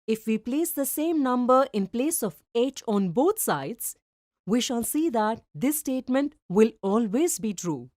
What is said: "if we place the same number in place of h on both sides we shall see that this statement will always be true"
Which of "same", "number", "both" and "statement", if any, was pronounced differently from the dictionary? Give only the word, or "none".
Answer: both